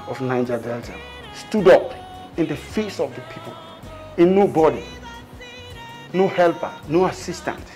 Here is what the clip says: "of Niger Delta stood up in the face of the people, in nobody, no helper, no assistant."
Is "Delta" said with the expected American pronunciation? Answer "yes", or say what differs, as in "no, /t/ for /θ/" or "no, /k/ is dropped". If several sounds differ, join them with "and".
yes